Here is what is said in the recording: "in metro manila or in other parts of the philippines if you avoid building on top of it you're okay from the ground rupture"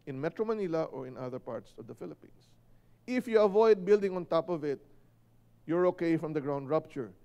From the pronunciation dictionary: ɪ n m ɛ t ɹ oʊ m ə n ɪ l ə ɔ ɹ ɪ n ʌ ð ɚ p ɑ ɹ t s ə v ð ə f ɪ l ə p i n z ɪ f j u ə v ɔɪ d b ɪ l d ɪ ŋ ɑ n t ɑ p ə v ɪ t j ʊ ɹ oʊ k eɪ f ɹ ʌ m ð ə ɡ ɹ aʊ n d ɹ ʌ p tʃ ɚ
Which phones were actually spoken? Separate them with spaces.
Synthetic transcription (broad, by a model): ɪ n m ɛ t ɹ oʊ m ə n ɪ l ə ɔ ɹ ɪ n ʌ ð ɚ p ɑ ɹ t s ə v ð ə f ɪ l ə p i n s ɪ f j u ə v ɔɪ d b ɪ l d ɪ ŋ ɑ n t ɑ p ə v ɪ t j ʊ ɹ oʊ k eɪ f ɹ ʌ m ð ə ɡ ɹ aʊ n d ɹ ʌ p tʃ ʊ